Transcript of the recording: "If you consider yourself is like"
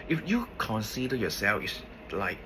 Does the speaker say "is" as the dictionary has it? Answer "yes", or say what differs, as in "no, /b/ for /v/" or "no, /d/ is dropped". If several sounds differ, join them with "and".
no, /s/ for /z/